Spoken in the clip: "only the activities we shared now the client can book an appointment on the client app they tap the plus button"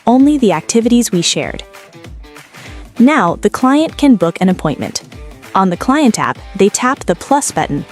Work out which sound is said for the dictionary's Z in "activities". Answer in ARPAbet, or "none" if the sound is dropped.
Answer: Z